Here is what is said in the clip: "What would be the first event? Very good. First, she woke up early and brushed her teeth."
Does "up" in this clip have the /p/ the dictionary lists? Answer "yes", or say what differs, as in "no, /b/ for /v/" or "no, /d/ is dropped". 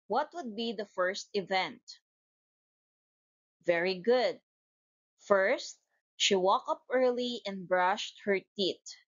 yes